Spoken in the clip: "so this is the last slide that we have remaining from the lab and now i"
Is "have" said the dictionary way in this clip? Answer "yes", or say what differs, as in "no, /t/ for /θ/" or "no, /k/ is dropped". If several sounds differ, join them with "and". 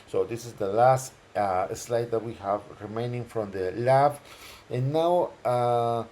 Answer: yes